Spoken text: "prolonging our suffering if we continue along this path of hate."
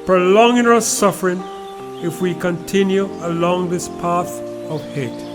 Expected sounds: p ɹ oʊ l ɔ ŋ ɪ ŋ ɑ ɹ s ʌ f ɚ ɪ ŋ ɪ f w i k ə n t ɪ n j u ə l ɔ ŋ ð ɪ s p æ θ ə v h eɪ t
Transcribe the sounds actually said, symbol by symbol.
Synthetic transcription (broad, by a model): p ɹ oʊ l ɔ ŋ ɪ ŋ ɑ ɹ s ʌ f ɚ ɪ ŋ ɪ f w i k ə n t ɪ n j u ə l ɔ ŋ ð ɪ s p æ θ ə v h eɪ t